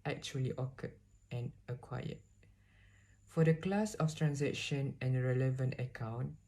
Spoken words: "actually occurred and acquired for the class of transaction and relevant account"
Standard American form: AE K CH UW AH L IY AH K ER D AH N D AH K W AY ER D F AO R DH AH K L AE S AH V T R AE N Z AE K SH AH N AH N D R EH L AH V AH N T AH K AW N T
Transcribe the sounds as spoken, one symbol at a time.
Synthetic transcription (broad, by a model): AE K CH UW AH L IY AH K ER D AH N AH K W AY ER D F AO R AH K L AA S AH F T R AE N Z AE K SH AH N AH N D R EH L AH V AH N T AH K AW N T